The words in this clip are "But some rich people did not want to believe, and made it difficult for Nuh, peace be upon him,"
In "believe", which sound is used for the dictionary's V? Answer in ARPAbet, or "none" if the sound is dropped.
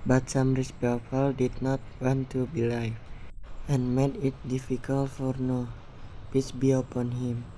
F